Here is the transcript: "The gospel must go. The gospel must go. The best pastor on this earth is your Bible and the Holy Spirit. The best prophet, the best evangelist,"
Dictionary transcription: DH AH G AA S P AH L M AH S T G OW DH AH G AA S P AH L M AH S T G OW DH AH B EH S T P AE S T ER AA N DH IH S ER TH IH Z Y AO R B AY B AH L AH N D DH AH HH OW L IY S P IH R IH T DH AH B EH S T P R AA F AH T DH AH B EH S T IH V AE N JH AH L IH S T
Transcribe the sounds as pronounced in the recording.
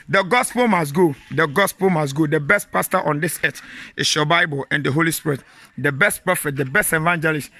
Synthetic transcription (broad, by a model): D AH G AA S P AH L M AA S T G OW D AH G AA S P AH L M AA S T G OW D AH B EH S T P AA S T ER AA N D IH S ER T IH S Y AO B AY B AH L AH N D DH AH HH OW L IY S P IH R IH T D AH B EH S T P AA F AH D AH B EH S T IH V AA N JH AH L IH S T